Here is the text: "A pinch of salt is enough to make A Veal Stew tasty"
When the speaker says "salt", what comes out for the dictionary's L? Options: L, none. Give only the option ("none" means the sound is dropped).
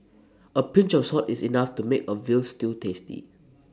none